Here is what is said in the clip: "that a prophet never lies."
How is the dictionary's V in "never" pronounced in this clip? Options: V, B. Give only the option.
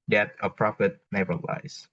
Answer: B